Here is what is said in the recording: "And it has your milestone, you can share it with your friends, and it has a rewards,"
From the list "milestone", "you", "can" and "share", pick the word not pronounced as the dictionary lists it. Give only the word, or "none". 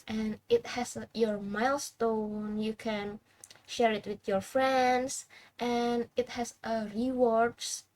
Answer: none